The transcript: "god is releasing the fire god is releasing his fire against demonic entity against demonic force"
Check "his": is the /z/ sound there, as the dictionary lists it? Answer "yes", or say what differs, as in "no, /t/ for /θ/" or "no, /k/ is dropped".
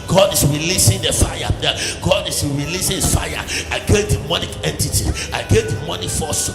no, /s/ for /z/